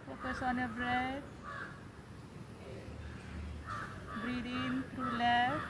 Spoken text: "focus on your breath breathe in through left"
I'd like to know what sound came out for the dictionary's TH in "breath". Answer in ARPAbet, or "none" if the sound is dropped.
T